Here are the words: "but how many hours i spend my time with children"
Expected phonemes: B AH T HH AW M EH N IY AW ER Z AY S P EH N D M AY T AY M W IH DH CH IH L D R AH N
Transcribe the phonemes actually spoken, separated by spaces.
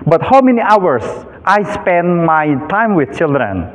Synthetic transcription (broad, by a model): B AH T HH AW M EH N IY AW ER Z AY S P EH N D M AY T AY M W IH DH CH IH L D R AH N